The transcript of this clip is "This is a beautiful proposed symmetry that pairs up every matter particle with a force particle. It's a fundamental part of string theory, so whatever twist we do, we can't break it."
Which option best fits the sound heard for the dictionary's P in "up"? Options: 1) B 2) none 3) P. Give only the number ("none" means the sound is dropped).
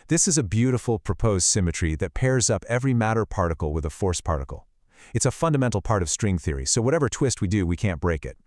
3